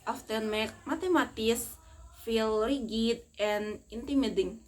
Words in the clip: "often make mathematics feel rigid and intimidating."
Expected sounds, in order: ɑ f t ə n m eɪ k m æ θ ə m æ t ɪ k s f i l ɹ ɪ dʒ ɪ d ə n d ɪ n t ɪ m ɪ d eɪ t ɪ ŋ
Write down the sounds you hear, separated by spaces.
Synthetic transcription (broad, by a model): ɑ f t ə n m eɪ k m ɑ t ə m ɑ t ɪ s f i l ɹ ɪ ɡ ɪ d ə n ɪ n t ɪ m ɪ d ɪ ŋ